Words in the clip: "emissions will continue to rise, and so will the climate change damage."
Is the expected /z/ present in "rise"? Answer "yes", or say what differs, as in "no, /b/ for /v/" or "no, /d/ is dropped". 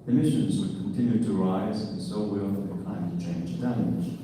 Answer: yes